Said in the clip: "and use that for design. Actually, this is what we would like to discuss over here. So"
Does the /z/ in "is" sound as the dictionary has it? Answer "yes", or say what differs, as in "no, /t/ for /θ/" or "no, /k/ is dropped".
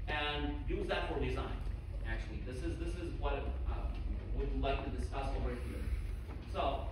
yes